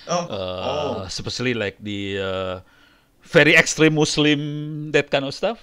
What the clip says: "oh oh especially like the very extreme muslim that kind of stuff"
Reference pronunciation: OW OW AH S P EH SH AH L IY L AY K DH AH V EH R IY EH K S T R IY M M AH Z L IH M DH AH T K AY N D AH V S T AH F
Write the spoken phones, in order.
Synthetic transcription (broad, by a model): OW OW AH S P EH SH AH L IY L AY K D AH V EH R IY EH K S T R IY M M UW S L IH M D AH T K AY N AH S T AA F